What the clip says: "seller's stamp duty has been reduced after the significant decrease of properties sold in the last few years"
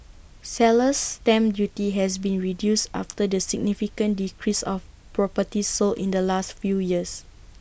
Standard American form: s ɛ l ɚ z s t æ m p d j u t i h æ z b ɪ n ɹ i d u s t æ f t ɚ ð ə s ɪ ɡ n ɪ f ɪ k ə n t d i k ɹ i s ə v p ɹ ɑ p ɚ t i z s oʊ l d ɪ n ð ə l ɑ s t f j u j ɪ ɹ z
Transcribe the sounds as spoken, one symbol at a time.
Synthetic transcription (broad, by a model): s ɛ l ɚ s t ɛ m d j u t i h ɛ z b ɪ n ɹ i d u s t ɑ f t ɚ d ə s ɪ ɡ n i f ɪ k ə n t d i k ɹ i s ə f p ɹ ɑ p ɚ t i s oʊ l ɪ n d ə l ɑ s t f j u j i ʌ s